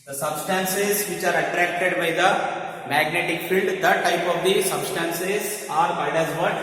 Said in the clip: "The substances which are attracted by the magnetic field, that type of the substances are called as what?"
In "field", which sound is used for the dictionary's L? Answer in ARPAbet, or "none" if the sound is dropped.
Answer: L